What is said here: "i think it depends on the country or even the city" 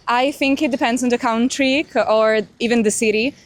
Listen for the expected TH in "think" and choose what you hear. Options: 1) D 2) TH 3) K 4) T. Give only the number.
2